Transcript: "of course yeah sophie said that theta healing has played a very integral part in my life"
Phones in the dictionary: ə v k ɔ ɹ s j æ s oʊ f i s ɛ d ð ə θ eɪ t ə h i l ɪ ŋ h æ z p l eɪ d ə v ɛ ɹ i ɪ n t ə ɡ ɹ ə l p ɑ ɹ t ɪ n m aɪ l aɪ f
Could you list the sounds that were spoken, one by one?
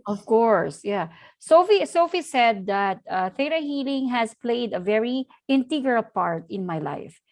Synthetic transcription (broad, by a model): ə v k ɔ ɹ s j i s oʊ f i s ɛ d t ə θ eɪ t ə h i l ɪ ŋ h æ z p l eɪ d ə v ɛ ɹ i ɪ n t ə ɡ ə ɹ p ɑ ɹ t ɪ n m aɪ l aɪ f